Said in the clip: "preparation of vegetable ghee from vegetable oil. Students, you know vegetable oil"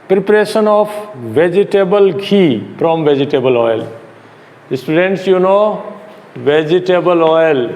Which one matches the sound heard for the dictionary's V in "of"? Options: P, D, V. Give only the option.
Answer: P